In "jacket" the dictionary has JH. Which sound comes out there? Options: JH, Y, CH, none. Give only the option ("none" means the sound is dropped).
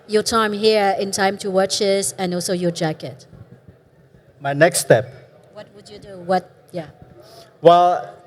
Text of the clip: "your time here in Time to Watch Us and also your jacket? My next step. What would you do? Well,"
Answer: JH